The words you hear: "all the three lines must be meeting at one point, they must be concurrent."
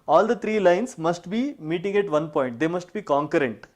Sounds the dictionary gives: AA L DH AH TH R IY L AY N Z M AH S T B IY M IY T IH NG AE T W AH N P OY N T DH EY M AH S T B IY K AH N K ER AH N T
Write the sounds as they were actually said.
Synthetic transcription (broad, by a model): AA L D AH T R IY L AY N S M AH S T B IY M IY T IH NG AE T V AH N P OY N T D EY M AH S T B IY K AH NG K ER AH N T